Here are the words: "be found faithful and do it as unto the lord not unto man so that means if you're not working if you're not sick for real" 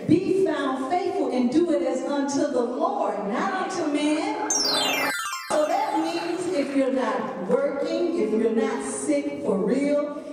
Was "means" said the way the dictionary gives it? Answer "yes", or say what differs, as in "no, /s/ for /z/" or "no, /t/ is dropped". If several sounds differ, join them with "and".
yes